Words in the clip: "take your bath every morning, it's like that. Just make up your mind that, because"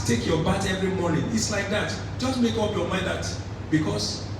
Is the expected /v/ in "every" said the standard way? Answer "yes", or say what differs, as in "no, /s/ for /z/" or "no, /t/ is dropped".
yes